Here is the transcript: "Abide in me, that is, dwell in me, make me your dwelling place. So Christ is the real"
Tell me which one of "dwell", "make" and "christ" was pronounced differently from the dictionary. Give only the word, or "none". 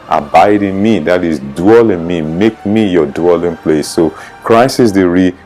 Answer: christ